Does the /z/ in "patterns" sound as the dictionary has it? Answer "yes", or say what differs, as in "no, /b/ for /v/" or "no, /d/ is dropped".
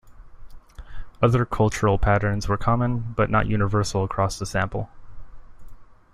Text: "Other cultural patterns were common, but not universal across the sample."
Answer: yes